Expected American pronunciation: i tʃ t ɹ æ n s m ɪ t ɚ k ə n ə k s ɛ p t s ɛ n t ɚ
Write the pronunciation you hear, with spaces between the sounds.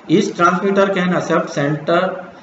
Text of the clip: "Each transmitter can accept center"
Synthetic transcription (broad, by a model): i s t ɹ æ n s m ɪ t ɚ k ə n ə s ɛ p t s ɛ n t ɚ